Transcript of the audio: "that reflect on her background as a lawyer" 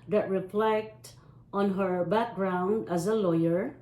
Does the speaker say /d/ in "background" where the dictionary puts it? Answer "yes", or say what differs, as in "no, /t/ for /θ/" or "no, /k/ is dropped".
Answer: yes